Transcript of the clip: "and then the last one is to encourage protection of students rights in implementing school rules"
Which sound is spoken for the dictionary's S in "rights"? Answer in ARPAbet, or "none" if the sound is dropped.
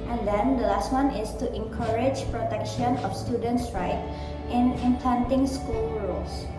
none